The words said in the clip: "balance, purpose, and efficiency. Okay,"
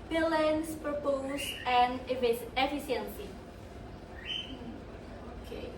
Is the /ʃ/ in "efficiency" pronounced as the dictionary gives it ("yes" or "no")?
no